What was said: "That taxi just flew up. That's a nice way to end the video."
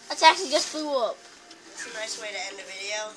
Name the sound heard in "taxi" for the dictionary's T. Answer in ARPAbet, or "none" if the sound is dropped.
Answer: S